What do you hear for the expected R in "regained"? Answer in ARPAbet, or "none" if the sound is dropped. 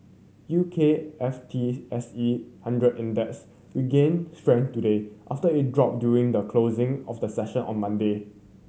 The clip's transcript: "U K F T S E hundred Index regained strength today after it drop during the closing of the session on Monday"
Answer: W